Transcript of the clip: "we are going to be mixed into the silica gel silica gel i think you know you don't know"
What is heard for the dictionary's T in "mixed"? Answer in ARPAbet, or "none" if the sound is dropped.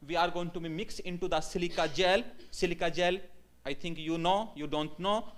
none